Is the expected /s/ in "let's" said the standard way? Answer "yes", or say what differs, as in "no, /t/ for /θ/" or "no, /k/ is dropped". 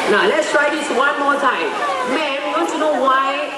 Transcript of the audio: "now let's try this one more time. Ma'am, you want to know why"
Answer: yes